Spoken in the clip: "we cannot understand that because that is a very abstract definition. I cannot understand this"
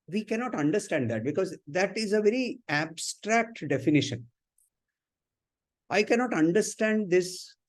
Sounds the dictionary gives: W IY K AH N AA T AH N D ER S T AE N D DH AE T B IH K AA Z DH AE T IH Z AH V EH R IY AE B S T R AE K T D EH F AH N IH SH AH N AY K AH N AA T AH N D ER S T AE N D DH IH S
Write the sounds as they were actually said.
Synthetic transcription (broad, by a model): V IY K AH N AA T AH N D ER S T AE N D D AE T B IH K AA Z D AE T IH Z AH V EH R IY AE B S T R AE K T D EH F AH N IH SH AH N AY K AH N AA T AH N D ER S T AE N D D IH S